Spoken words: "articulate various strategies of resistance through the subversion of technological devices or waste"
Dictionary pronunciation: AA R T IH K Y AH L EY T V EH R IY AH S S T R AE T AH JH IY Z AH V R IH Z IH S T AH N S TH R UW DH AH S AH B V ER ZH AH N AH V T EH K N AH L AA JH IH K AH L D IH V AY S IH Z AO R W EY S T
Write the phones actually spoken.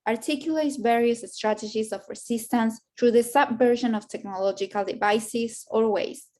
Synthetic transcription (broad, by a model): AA R T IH K Y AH L EY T V EH R IY AH S S T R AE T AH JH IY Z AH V R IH S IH S T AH N S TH R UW DH AH S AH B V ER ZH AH N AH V T EH K N AH L AA JH IH K AH L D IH V AY S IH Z AO R W EY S